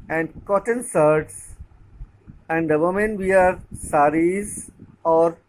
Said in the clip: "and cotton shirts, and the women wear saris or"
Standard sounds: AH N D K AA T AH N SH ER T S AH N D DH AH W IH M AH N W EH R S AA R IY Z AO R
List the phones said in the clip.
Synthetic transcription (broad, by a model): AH N D K AA T AH N S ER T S AH N D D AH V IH M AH N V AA R S AA R IY Z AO R